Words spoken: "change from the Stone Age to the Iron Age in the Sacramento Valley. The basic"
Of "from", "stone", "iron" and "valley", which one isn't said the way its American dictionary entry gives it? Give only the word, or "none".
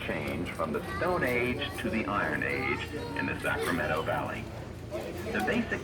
none